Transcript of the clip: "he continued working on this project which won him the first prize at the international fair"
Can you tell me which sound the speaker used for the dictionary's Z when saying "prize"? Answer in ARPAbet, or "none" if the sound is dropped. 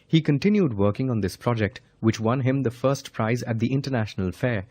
Z